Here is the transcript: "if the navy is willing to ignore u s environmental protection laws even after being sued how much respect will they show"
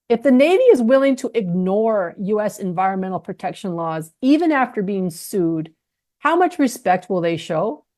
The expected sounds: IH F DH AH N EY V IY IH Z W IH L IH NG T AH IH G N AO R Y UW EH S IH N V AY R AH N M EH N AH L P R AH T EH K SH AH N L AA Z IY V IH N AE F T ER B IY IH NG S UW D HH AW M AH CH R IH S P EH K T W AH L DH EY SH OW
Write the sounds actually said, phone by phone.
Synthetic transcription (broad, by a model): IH F DH AH N EY V IY IH Z W IH L IH NG T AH IH G N AO R Y UW EH S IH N V AY R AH N M EH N L P R AH T EH K SH AH N L AA Z IY V IH N AE F T ER B IY IH NG S UW D HH AW M AH CH R IH S P EH K T W AH L DH EY SH OW